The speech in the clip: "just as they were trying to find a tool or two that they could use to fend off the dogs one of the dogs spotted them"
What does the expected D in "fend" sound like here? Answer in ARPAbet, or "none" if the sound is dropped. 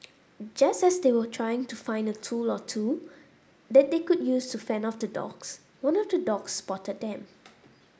none